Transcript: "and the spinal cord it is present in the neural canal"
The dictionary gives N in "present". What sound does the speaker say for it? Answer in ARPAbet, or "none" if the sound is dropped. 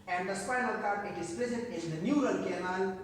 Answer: none